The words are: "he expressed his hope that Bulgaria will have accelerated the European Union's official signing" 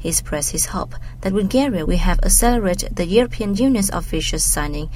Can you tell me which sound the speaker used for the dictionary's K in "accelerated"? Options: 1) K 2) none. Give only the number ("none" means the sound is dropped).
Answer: 2